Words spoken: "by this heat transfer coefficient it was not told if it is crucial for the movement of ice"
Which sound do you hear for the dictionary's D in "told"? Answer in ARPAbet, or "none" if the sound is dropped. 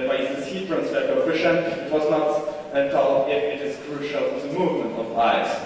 none